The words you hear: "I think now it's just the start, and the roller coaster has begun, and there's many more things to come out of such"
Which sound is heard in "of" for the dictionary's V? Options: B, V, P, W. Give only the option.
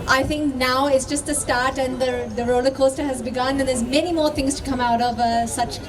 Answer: V